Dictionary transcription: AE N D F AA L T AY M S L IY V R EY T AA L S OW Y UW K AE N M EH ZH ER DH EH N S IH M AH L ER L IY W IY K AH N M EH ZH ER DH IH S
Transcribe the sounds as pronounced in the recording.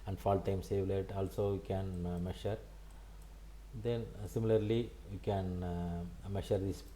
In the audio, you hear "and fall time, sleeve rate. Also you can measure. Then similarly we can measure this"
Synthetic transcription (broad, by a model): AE N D F AA L T AY M S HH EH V L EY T AA L S OW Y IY K AE N M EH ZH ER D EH N S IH M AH L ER L IY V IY K AH N M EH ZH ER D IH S